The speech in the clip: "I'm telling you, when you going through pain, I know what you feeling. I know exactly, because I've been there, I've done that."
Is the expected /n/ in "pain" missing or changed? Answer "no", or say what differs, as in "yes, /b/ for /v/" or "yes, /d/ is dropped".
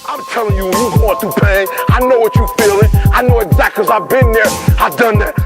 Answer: yes, /n/ is dropped